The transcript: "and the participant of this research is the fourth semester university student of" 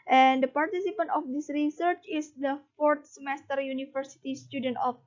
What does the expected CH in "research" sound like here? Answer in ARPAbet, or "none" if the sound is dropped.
CH